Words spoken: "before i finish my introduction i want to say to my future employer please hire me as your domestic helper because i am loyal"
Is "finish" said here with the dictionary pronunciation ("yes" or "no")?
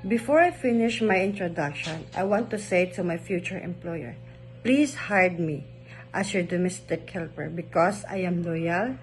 yes